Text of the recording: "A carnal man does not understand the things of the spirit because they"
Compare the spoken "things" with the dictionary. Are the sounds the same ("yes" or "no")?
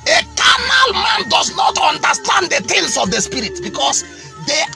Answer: no